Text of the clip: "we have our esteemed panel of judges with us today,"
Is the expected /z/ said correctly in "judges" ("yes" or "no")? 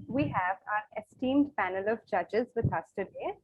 yes